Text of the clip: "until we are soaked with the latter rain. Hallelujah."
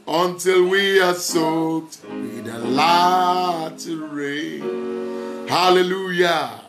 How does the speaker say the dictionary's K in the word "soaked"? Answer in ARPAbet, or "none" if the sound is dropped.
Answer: none